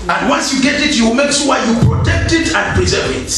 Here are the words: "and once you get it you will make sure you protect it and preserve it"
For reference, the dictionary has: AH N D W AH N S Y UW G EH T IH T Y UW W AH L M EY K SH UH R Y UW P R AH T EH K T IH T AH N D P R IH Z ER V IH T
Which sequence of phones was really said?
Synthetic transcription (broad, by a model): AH N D W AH N S Y UW G EH T IH T Y UW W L M EY K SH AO W Y UW P R AH T EH K T IH T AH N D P R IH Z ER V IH T